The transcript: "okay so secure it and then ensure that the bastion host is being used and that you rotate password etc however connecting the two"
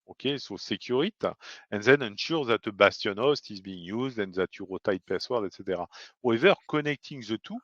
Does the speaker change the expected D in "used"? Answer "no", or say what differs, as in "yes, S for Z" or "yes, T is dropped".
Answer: no